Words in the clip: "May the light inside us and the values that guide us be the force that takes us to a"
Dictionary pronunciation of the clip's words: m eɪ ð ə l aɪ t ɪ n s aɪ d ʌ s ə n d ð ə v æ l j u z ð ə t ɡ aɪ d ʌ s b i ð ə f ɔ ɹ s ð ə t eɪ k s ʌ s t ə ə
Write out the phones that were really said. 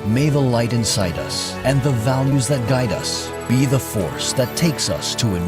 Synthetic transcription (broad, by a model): m eɪ ð ə l aɪ t ɪ n s aɪ d ʌ s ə n ð ə v æ l j u z ð ə t ɡ aɪ d ʌ s b i ð ə f ɔ ɹ s ð ə t eɪ k s ʌ s t ə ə